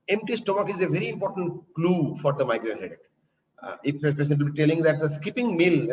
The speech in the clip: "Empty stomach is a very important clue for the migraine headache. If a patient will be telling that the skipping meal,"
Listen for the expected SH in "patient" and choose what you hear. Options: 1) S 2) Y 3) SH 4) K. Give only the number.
1